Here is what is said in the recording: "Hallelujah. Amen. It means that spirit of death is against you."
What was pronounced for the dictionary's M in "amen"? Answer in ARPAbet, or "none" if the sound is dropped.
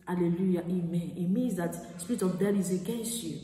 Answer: M